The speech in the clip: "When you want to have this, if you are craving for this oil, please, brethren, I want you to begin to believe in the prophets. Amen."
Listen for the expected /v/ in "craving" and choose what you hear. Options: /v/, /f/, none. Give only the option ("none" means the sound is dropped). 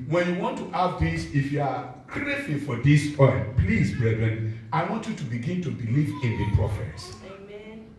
/f/